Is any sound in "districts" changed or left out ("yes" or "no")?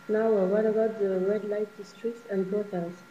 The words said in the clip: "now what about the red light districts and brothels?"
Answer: no